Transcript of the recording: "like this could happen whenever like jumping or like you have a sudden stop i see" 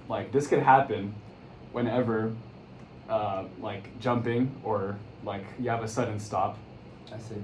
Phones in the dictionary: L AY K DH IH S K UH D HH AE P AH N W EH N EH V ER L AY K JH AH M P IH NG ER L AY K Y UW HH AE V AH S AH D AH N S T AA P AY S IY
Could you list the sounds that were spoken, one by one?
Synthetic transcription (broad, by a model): L AY K DH IH S K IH D HH AE P AH N W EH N EH V ER L AY K JH AH M P IH NG ER L AY K Y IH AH V AH S AH D N S T AA P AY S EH